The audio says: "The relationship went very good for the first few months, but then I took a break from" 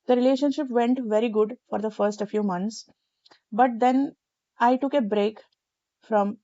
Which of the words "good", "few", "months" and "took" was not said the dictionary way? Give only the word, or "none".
months